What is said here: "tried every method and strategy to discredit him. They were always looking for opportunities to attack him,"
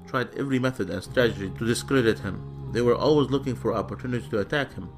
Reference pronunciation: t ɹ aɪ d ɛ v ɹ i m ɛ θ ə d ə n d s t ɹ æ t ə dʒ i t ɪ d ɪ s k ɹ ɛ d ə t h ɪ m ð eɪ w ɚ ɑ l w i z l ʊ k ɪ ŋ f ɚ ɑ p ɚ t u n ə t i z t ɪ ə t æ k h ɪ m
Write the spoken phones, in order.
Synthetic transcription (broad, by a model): t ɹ aɪ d ɛ v ɹ i m ɛ θ ə d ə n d s t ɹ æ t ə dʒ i t ɪ d ɪ s k ɹ ɛ d ə t h ɪ m ð eɪ w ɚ ɑ l w i z l ʊ k ɪ ŋ f ɚ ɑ p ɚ t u n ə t i t ɪ ə t æ k h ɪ m